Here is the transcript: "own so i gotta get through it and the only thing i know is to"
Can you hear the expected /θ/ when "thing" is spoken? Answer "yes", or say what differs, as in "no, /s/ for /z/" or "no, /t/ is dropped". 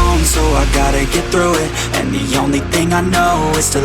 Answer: yes